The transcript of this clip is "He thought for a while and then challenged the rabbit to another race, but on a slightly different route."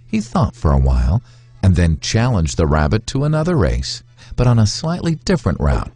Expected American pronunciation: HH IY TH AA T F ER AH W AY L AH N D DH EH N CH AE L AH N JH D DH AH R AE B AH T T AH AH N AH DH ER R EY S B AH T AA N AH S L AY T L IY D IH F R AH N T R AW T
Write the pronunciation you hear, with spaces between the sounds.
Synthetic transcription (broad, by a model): HH IY TH AA T F ER AH W AY L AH N DH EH N CH AE L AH N JH DH AH R AE B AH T T AH AH N AH DH ER R EY S B AH T N AH S L AY T L IY D IH F R AH N T R AW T